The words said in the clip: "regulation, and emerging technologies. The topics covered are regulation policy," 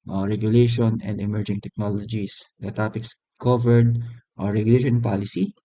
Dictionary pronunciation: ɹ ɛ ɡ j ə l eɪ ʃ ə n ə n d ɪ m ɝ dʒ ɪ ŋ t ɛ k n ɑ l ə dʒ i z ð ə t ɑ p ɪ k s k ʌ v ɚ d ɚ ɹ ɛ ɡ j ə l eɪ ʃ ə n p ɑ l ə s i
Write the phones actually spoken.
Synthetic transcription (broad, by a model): ɹ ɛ ɡ j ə l eɪ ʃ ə n ə n d ɪ m ɝ dʒ ɪ ŋ t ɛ k n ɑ l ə dʒ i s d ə t ɑ p ɪ k s k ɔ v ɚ d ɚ ɹ ɛ ɡ j ə l eɪ ʃ ə n p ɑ l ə s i